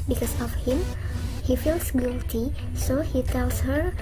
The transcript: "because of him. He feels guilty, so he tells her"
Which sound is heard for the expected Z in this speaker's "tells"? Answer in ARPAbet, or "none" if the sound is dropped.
S